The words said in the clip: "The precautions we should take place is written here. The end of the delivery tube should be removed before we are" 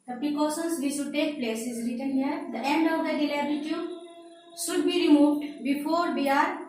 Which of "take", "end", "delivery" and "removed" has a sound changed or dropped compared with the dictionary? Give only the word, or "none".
delivery